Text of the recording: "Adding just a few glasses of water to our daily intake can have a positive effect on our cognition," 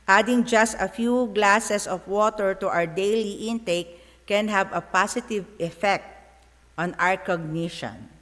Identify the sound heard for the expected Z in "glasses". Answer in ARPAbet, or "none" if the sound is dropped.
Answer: S